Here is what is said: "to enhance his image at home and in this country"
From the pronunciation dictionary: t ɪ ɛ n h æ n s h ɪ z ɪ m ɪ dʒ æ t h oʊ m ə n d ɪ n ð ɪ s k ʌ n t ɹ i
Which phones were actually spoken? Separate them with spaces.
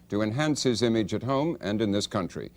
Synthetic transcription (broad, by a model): t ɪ ɛ n h æ n s h ɪ z ɪ m ɪ dʒ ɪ t h oʊ m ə n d ɪ n ð ɪ s k ʌ n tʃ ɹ i